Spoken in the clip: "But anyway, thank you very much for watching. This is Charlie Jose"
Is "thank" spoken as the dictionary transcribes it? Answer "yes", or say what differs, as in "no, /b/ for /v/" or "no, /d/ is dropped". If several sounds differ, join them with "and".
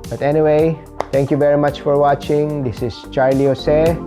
no, /t/ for /θ/